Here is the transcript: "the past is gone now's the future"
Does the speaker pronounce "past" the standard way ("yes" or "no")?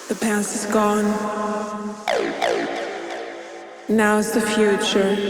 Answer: no